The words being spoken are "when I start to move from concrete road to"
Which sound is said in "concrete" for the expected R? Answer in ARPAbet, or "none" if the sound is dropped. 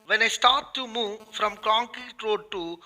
none